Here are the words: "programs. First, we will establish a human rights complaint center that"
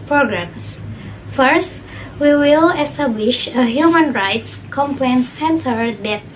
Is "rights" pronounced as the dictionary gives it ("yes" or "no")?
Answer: yes